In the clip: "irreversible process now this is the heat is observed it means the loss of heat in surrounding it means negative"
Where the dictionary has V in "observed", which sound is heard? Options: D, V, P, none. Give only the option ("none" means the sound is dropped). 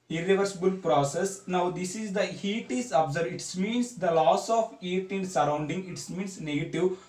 none